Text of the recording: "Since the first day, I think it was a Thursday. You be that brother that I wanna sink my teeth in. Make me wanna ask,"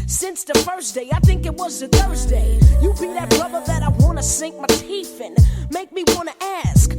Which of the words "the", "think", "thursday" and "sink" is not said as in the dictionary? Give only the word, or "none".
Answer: none